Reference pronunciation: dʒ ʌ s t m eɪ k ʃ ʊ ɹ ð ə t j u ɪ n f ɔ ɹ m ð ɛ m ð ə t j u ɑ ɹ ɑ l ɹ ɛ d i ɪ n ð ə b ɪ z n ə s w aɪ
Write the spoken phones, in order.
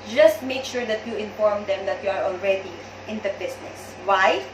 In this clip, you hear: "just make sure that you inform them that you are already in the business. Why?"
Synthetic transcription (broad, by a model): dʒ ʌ s t m eɪ k ʃ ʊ ɹ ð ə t j u ɪ n f ɔ ɹ m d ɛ m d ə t j u ɑ ɹ ɑ l ɹ ɛ d i ɪ n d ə b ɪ s n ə s w aɪ